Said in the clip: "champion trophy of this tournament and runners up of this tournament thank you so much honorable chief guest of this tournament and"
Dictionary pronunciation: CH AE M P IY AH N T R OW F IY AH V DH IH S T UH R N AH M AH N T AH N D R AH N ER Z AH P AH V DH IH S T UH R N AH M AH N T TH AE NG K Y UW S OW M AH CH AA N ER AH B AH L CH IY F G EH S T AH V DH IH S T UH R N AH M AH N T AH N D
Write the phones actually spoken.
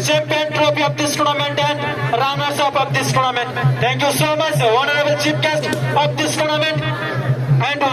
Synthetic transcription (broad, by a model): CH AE M P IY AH N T R OW P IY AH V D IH S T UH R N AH M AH N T AH N D R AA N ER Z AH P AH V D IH S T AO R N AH M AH N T T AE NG K Y UW S OW M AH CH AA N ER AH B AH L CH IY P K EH S T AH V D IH S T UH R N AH M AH N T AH N D